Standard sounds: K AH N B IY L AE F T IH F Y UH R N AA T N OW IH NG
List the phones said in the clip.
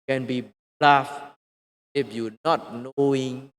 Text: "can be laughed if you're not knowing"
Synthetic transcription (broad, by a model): K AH N B IY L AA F IH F Y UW N AA T N OW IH NG